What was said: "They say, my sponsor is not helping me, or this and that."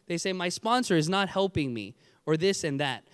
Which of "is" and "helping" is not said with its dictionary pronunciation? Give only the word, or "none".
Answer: none